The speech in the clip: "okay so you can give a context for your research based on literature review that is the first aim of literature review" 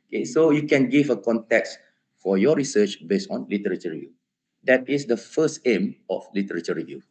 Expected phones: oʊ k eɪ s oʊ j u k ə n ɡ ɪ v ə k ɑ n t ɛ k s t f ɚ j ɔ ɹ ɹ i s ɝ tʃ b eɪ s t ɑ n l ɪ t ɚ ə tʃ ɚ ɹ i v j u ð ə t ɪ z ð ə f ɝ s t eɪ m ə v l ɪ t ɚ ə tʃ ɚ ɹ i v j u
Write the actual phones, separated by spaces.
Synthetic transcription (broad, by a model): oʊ k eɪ s oʊ j u k ə n ɡ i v ə k ɑ n t ɛ k s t f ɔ j ɔ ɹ ɹ i s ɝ tʃ b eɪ s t ɑ n l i t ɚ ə tʃ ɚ ɹ i v j u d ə t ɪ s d ə f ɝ s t eɪ m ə f l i t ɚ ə tʃ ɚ ɹ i v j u